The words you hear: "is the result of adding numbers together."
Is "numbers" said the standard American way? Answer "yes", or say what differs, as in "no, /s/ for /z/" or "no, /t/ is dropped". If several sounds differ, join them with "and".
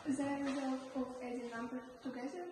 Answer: no, /z/ is dropped